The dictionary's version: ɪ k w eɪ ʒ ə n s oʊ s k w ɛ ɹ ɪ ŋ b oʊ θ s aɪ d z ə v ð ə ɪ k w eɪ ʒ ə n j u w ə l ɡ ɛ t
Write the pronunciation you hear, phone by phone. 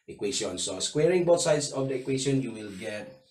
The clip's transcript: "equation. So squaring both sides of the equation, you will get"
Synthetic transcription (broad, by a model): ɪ k w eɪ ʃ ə n s oʊ s k w ɛ ɹ ɪ ŋ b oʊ t s aɪ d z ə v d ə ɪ k w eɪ ʃ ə n j u w ə l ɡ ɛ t